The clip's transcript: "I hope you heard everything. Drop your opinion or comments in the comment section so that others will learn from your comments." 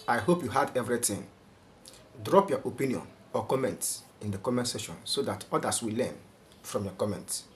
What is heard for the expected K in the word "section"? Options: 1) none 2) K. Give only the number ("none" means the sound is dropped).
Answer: 1